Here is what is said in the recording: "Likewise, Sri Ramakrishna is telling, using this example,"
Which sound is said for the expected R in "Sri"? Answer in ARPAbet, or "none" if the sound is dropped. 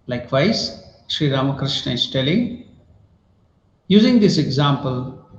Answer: R